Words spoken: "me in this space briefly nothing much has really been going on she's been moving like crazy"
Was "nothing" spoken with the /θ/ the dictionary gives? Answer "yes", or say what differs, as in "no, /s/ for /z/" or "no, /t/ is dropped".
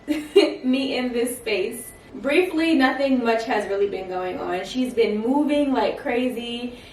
yes